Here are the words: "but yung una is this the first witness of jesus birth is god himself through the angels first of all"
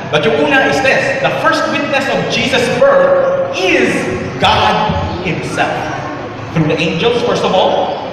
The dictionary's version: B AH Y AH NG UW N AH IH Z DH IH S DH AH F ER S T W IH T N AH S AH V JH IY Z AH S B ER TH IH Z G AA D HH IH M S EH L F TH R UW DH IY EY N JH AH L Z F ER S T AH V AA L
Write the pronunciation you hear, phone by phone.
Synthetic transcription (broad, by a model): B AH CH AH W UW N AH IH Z DH IH S DH AH F ER S T W IH T N AH S AH V JH IY Z AH S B ER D IH Z G AA D HH IH M S EH L F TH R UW DH IY EY N JH AH L Z F ER S T AH V AA L